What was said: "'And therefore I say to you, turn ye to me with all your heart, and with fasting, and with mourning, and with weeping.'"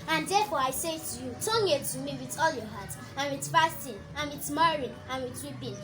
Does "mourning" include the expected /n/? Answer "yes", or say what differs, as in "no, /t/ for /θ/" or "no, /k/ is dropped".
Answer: no, /n/ is dropped